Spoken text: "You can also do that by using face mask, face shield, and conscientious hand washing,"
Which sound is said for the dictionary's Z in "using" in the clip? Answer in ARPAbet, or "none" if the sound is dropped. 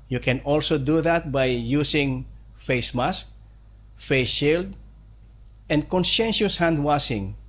S